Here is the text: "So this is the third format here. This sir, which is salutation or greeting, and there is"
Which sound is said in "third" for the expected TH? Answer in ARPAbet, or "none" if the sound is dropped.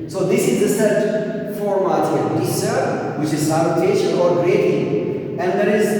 S